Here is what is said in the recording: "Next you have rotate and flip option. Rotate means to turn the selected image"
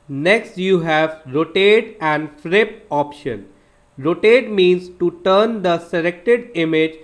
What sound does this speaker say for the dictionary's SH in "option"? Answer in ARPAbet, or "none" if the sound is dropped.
SH